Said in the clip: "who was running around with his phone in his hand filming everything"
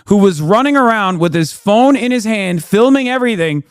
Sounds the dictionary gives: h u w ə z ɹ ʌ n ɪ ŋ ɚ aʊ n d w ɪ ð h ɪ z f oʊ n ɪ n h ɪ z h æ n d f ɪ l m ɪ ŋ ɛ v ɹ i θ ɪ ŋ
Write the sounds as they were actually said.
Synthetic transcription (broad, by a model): h u w ə z ɹ ʌ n ɪ ŋ ɚ aʊ n d w ɪ ð ɪ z f oʊ n ɪ n ɪ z h æ n d f ɪ l m ɪ ŋ ɛ v ɹ i θ ɪ ŋ